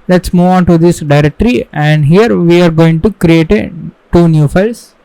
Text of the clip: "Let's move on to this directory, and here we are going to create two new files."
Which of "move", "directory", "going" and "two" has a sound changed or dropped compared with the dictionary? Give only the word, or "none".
move